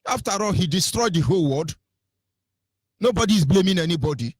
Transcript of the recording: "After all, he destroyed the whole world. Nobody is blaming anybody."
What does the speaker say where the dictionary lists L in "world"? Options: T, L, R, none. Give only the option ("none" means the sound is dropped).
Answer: none